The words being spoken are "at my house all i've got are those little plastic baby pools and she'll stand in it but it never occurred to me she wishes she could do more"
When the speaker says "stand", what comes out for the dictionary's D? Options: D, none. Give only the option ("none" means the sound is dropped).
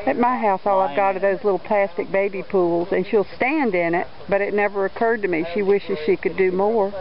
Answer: D